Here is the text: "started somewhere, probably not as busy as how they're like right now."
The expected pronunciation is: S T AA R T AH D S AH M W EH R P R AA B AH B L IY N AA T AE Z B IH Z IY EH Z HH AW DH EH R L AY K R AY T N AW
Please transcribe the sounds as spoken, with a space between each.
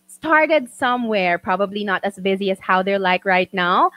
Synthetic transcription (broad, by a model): S T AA R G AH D S AH M W EH R P R AA B AH B L IY N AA T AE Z B IH Z IY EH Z HH AW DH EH R L AY K R AY T N AW